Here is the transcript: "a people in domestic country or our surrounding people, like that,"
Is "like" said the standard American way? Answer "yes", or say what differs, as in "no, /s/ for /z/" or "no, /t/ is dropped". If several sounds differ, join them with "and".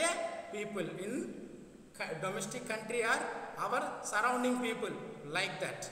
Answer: yes